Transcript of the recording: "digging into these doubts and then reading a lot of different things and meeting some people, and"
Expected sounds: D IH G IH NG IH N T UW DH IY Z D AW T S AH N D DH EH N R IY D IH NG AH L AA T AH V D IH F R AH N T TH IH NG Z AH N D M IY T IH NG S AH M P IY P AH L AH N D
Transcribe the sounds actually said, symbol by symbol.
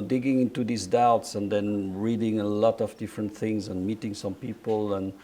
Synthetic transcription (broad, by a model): D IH G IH NG IH N T UW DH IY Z D AW T S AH N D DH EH N R IY D IH NG AH L AA T AH V D IH F R AH N T TH IH NG Z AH N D M IY T IH NG S AH M P IY P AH L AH N